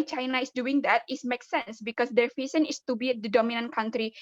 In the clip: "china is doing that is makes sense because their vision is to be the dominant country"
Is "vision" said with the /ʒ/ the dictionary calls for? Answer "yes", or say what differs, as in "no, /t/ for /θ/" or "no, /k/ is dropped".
no, /s/ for /ʒ/